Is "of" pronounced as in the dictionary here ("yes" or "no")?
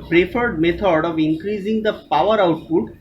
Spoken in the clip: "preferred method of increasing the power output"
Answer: yes